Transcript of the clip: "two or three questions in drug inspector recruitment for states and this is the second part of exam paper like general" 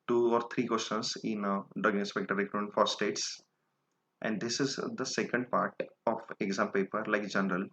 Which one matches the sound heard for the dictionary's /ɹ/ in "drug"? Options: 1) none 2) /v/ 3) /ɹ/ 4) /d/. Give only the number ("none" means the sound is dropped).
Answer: 1